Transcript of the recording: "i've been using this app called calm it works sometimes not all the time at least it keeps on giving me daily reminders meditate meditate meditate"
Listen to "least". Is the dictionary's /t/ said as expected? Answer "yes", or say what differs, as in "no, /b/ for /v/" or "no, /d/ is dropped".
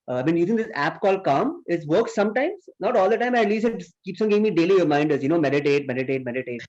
no, /t/ is dropped